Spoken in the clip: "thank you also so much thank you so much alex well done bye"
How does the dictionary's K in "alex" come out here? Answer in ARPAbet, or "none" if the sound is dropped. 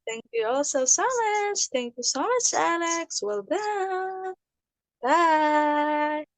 K